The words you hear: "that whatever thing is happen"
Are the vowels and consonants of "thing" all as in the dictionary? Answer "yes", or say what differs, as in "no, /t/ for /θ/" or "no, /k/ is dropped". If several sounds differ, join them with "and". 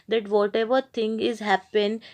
no, /t/ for /θ/